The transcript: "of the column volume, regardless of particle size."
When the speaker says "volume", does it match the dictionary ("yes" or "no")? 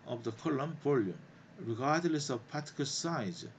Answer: no